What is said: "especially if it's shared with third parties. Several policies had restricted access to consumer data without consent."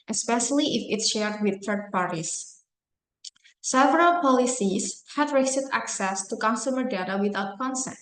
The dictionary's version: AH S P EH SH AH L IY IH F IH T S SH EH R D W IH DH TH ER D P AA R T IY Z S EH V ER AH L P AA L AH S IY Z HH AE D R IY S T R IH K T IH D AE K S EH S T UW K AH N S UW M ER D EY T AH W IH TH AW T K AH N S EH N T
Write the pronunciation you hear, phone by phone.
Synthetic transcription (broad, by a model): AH S P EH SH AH L IY IH F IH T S SH EH R D W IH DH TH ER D P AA R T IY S S EH V ER AH L P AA L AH S IY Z HH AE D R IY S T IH T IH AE K S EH S T UW K AH N S UW M ER D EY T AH W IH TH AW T K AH N S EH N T